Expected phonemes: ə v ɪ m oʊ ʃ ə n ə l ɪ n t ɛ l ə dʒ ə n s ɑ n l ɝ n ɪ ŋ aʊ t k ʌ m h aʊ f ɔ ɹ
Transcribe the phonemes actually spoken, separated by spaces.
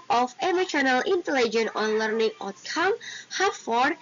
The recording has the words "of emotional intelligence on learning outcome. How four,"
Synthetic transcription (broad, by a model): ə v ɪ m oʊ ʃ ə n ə l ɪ n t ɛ l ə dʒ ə n ɑ n l ɝ n ɪ ŋ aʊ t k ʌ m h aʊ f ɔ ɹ